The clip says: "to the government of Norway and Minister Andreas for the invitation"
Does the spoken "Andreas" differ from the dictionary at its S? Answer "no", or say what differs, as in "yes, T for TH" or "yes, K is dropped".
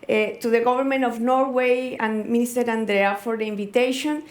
yes, S is dropped